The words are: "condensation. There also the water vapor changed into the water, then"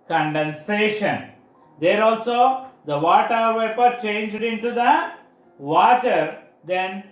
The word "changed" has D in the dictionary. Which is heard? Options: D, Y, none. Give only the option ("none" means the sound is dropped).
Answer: D